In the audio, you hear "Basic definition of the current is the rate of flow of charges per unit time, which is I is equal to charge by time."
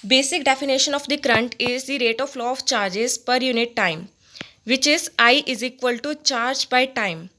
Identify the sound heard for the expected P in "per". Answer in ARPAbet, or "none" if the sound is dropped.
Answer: P